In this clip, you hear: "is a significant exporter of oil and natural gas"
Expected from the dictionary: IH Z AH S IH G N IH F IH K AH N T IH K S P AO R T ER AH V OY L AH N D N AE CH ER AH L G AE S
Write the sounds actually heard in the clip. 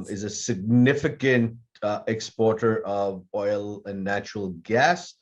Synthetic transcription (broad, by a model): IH Z AH S IH G N IH F IH K AH N T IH K S P AO R T ER AH V OY L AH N N AE CH ER AH L G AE S